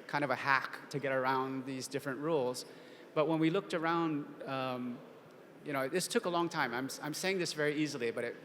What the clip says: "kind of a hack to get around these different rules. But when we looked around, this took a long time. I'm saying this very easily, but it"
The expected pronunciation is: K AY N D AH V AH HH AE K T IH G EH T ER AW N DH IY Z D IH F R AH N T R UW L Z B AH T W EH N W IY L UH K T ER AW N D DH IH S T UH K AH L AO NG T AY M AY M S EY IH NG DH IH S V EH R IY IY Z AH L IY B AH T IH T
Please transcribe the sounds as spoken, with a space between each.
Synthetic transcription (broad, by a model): K AY N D AH V AH HH AE K T IH G EH T ER AW N DH IY Z D IH F R AH N T R UW L Z B AH T W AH N W IY L UH K T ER AW N D DH IH S T UH K AH L AO NG T AY M AY M S EY IH NG DH IH S V EH R IY IY Z L IY B AH T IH T